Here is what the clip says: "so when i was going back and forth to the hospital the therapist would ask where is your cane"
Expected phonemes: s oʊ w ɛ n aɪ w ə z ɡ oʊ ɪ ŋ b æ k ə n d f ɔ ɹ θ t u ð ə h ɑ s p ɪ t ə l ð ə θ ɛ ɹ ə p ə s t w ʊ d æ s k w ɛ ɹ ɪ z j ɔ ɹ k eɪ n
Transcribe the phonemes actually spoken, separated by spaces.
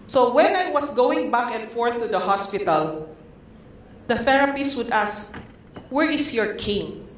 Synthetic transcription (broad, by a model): s oʊ w ɛ n aɪ w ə s ɡ oʊ ɪ ŋ b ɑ k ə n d f ɔ ɹ θ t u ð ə h ɑ s p ɪ t ə l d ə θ ɛ ɹ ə p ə s w ʊ d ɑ s k w ɛ ɹ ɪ s j ɔ ɹ k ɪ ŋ